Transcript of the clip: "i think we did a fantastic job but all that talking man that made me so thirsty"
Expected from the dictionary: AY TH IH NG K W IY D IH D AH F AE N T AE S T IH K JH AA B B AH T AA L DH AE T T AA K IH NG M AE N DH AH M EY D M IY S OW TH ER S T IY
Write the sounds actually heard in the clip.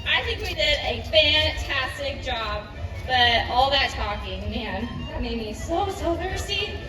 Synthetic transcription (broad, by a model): AY TH IH NG K W IY D IH D AH F AE N T AE S T IH K JH AA B B AH T AA L DH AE T T AA K IH NG M AE N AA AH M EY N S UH S OW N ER S T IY